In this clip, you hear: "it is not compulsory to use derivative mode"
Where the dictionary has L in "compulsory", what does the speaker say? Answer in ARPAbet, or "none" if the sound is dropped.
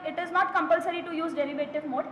L